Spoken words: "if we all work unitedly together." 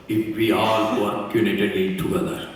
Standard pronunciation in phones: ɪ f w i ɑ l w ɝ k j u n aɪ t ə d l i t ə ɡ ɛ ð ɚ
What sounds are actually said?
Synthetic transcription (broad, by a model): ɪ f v i ɑ l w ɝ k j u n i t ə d i t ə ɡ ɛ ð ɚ